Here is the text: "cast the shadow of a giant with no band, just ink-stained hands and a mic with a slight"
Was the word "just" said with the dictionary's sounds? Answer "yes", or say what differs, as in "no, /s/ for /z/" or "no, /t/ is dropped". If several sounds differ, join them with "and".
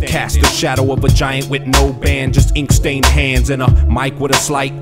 yes